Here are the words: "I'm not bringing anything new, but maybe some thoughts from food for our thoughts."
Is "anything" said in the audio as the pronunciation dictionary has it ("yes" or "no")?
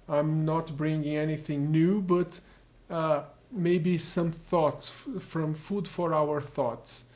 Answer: yes